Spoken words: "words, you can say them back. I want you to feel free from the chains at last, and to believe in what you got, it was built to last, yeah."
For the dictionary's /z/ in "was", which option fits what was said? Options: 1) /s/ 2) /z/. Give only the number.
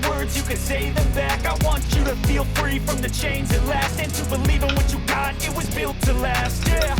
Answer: 2